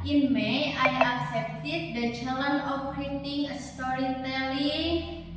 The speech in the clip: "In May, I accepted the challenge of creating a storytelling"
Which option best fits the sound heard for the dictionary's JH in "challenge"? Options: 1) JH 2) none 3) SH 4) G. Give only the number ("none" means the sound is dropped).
2